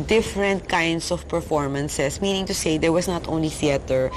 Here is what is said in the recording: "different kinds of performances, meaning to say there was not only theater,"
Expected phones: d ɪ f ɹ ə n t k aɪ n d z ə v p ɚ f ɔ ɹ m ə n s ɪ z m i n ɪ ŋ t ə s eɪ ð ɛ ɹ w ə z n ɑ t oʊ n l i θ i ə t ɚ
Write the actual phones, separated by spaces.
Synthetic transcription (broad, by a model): d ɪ f ɹ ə n t k aɪ n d s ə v p ɚ f ɔ ɹ m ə n s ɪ s m i n ɪ ŋ t ə s eɪ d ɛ ɹ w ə s n ɑ t oʊ n l i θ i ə t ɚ